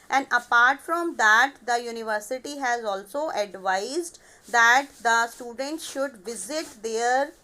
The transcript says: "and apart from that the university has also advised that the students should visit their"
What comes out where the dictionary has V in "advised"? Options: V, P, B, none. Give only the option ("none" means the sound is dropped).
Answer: V